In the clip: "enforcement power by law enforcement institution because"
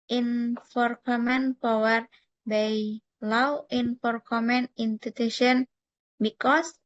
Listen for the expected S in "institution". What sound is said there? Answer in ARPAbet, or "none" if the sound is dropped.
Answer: none